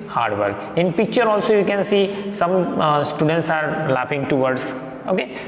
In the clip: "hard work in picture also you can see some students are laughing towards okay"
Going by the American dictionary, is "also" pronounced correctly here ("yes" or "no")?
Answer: yes